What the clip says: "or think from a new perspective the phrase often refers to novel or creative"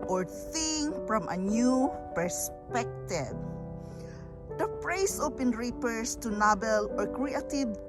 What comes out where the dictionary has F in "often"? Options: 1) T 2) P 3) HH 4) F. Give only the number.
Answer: 2